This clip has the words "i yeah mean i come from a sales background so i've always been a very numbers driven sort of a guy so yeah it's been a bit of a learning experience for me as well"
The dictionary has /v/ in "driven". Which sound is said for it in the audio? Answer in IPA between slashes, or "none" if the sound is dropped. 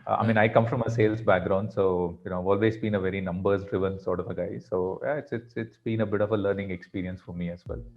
/v/